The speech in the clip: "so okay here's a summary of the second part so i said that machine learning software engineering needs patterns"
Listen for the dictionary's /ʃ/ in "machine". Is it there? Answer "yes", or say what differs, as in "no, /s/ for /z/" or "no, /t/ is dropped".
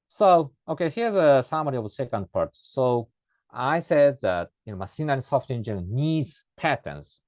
no, /s/ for /ʃ/